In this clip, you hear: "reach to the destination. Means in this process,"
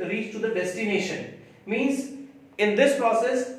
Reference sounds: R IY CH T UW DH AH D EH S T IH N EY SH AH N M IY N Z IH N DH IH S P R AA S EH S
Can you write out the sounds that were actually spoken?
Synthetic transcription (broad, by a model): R IY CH T UW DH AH D EH S T IH N EY SH AH N M IY N Z IH N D IH S P R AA S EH S